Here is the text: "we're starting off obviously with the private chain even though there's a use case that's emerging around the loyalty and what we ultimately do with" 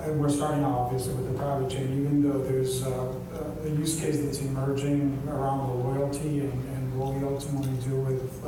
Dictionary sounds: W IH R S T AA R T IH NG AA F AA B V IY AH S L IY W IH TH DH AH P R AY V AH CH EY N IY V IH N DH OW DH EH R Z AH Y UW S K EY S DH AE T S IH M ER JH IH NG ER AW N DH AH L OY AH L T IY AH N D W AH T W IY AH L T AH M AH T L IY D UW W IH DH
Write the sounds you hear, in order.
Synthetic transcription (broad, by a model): W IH R S T AA R T IH NG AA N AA V IY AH S L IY W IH DH AH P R AY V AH CH EY N IY V IH N DH OW DH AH R Z AH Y UW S K EY S DH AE T S IH M ER JH IH NG ER AW N DH AH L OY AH L T IY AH N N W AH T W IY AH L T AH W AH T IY D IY W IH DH